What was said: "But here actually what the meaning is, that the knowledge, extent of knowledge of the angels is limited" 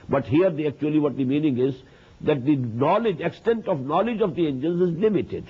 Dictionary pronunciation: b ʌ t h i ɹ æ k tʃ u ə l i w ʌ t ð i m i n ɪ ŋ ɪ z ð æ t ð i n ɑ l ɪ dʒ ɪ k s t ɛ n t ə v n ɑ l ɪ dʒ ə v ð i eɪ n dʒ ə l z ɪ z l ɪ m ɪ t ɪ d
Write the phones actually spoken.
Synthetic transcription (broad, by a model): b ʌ t h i ɹ æ k tʃ u ə l i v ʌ t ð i m i n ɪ ŋ ɪ z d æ t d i n ɑ l ɪ dʒ ɪ k s t ɛ n t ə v n ɑ l ɪ dʒ ə v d i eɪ n dʒ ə n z ɪ z l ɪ m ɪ t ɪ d